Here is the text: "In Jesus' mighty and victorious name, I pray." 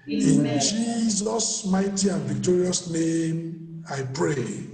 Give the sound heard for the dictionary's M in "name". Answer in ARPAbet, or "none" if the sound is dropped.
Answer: M